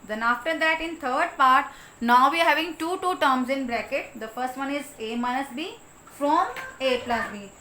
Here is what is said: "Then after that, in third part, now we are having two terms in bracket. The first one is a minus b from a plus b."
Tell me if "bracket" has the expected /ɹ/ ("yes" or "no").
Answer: yes